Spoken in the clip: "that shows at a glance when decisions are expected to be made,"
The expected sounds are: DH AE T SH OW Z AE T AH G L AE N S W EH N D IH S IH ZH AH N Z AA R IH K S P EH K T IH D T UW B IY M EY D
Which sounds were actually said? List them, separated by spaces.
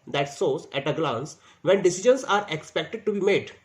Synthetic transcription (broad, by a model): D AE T S OW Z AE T AH G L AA N S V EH N D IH S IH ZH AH N S AA R IH K S P EH K T IH D T UW B IY M EY D